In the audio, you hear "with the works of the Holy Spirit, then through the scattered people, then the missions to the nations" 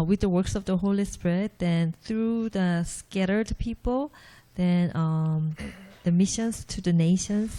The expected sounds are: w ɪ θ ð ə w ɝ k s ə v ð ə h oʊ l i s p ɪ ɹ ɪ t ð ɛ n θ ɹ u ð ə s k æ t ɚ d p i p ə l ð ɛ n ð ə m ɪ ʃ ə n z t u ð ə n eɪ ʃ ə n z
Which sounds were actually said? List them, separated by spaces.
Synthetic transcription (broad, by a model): w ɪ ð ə w ɝ k s ə v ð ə h oʊ l i s p ɪ ɹ ɪ t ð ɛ n θ ɹ u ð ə s k æ t ɚ d p i p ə l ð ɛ n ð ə m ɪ ʃ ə n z t u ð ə n eɪ ʃ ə n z